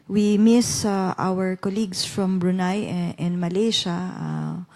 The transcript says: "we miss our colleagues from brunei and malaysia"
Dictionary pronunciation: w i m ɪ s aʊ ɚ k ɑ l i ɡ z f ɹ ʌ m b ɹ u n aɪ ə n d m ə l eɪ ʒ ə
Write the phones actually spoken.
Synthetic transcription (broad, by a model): w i m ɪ s aʊ ɚ k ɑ l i ɡ s f ɹ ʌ m b ɹ u n aɪ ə n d m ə l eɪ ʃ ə